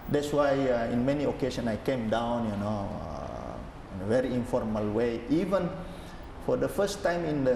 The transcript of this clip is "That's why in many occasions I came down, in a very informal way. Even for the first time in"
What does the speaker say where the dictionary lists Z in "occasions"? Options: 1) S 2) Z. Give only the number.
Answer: 1